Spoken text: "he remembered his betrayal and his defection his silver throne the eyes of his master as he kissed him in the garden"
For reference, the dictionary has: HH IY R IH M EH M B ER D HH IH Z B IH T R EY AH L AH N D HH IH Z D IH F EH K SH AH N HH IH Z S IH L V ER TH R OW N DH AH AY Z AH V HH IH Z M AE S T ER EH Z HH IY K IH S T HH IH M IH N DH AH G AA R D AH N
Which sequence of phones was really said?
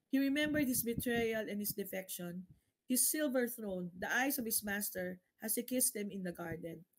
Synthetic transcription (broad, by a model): HH IY R IH M EH M B ER D HH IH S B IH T R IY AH L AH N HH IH S D IH F EH K SH AH N HH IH S IH L V ER TH R OW N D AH AY S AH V HH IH S M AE S T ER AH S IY K IH S T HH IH M IH N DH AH G AA R D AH N